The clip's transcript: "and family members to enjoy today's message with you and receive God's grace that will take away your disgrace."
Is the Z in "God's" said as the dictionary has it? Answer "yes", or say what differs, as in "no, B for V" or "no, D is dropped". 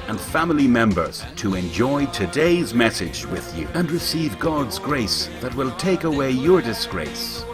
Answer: yes